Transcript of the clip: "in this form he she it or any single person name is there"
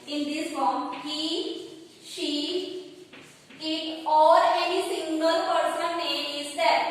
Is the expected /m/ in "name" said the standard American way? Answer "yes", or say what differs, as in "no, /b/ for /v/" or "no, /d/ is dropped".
no, /m/ is dropped